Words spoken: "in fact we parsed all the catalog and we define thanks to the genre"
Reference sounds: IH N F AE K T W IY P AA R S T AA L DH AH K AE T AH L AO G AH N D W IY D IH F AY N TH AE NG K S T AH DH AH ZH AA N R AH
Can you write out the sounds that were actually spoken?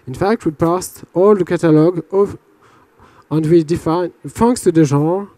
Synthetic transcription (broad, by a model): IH N F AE K T W IY P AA S T AA L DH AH K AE T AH L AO G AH N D W IY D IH F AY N F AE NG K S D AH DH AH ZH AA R